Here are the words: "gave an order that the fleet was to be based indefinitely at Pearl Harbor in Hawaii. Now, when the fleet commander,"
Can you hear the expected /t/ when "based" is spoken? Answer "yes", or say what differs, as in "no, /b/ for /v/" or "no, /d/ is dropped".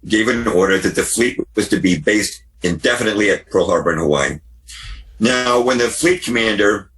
yes